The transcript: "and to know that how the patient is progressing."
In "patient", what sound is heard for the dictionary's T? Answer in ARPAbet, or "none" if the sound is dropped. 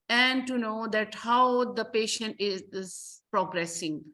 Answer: T